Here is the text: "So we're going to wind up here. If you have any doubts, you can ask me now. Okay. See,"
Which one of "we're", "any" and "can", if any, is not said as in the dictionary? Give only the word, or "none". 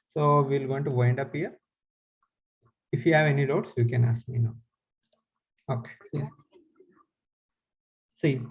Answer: we're